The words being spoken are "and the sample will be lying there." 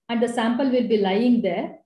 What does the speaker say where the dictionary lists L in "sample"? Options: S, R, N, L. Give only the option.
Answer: L